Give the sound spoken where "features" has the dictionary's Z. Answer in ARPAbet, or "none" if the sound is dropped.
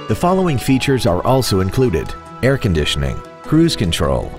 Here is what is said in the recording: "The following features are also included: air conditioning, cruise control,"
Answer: Z